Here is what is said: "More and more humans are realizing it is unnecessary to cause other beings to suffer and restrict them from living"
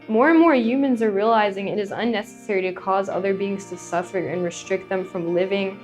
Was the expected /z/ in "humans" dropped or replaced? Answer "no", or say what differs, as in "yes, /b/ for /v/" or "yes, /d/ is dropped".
no